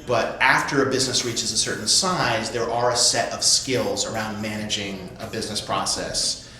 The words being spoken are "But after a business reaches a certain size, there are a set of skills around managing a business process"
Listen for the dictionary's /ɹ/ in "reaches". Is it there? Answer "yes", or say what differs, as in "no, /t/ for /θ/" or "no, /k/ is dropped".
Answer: yes